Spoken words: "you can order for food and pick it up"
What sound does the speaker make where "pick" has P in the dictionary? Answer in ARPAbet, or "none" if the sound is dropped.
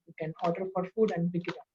B